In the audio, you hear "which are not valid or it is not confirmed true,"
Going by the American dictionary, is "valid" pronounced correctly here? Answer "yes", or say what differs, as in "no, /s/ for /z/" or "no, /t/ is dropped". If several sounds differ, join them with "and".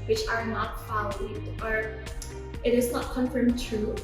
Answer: no, /f/ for /v/